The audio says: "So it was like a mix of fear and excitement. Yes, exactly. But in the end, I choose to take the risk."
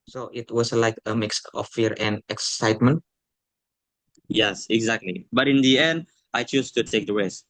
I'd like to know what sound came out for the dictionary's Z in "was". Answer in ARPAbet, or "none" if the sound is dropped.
S